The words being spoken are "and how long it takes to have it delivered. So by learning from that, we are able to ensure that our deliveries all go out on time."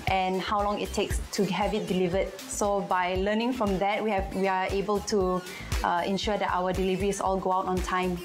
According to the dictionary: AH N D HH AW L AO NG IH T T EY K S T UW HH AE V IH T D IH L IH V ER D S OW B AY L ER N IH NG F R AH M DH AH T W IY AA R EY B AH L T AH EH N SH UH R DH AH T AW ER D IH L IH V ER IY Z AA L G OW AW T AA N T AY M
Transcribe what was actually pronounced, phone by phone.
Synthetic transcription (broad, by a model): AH N HH AW L AO NG IH T T EY K S T UW HH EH V IH T D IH L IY V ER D S OW B AY L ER N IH NG F R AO M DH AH T W IY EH W EY B AH L T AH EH N SH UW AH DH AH T AW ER D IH L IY V ER IY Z AA L G OW AW T AA N T AY M